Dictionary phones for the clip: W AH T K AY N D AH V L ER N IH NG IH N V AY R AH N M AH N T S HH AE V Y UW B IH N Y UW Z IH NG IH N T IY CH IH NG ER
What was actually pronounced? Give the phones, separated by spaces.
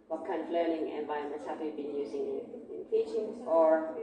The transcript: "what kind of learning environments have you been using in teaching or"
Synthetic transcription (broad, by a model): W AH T K AY N D AH V L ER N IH NG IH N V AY AH M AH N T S HH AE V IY B IH N Y UW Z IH NG IH N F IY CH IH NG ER